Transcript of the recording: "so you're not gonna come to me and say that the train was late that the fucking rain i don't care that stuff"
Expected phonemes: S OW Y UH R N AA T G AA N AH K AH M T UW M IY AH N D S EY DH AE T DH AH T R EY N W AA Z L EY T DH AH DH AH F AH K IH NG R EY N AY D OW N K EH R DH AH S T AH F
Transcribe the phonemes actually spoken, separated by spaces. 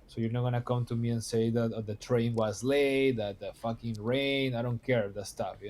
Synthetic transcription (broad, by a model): S OW Y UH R N AA T G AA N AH K AH M T UW M IY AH N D S EY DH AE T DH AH T R EY N W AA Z L EY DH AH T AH F AH K IH NG R EY N AY D OW N K EH R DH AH S T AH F